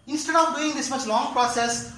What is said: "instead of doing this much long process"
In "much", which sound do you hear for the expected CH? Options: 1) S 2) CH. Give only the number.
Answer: 1